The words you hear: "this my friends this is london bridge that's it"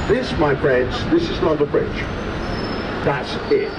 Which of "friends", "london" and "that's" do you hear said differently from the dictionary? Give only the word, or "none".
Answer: london